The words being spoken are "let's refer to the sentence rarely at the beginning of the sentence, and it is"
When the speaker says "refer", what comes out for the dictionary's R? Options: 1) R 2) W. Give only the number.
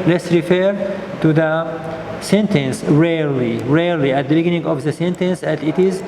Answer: 1